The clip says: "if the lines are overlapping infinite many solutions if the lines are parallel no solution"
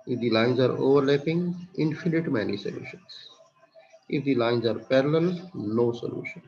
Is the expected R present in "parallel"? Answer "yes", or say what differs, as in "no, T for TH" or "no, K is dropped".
yes